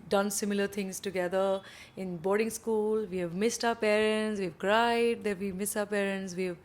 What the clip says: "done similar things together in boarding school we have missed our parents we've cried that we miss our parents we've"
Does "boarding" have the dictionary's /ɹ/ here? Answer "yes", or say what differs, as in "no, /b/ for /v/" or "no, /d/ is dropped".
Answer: yes